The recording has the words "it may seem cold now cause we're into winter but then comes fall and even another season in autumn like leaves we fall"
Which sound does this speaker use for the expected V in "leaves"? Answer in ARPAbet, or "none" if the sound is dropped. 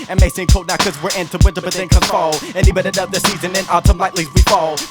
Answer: none